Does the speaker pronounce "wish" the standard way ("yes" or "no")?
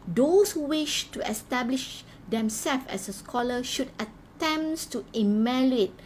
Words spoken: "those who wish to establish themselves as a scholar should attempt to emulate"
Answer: yes